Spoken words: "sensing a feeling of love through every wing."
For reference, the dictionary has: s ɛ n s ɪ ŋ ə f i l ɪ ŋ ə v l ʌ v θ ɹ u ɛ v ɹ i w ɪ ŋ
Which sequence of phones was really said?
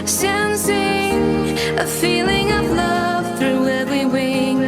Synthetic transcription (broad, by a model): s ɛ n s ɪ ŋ ə f i l ɪ ŋ ə v l ʌ v θ ɹ u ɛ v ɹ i w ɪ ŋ